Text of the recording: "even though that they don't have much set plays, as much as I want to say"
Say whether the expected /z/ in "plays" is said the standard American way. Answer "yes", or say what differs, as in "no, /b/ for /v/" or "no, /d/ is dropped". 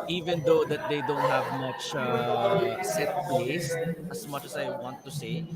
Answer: no, /s/ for /z/